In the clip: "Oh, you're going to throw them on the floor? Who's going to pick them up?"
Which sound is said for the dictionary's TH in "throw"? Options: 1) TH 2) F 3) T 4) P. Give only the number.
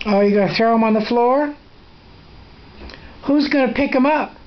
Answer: 1